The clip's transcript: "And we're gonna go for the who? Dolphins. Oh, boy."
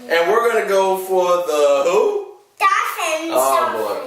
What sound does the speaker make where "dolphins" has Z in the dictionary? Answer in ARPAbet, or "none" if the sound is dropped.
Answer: none